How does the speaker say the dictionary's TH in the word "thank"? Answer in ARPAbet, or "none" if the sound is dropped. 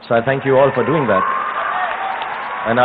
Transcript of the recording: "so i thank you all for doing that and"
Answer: TH